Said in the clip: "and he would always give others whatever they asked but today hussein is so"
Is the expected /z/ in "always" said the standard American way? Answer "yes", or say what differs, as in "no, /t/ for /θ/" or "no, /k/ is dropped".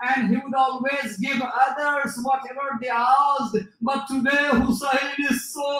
yes